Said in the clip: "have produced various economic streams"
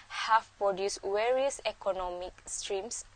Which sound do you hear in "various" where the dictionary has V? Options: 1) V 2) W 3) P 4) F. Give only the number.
2